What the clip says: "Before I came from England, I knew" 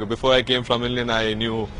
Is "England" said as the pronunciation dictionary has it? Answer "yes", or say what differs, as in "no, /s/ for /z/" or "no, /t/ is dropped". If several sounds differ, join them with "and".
no, /d/ is dropped